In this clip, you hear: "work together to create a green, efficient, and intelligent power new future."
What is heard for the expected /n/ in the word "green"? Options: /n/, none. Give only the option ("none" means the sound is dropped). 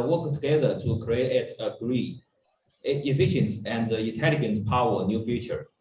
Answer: none